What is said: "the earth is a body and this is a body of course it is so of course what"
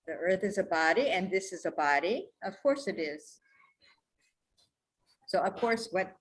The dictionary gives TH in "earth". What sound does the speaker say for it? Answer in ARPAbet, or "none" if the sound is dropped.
TH